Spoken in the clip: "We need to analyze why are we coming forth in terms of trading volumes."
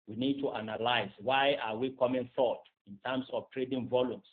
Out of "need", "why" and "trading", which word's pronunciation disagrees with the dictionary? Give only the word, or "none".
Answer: none